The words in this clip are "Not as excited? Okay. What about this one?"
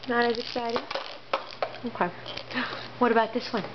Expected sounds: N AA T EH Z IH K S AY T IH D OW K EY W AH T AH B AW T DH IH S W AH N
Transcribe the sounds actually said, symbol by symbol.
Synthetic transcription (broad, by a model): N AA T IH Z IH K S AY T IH OW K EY W AH T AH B AW T DH IH S W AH N